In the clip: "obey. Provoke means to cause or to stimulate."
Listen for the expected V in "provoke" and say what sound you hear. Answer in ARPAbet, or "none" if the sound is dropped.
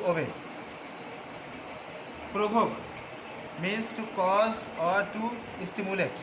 B